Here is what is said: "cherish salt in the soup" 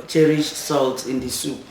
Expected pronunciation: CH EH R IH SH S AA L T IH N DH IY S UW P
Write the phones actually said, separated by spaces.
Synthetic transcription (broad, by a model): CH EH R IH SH S AA L T IH N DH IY S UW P